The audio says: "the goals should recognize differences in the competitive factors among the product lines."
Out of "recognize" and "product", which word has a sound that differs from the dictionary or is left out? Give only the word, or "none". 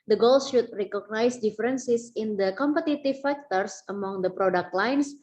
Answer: recognize